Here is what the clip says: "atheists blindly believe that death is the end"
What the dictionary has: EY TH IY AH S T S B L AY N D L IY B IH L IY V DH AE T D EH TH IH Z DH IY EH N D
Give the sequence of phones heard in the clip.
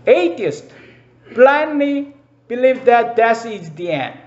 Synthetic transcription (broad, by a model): EY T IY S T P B L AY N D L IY B IH L IY V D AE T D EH S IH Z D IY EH N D